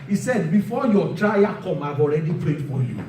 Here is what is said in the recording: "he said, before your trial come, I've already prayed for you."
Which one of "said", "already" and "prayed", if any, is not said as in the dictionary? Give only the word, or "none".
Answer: prayed